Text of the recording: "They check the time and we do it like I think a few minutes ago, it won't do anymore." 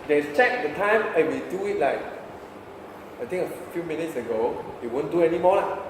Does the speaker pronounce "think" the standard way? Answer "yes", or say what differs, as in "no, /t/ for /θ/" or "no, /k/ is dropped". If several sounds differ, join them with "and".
no, /t/ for /θ/